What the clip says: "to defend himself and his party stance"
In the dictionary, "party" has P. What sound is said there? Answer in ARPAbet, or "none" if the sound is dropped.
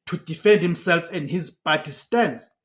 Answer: B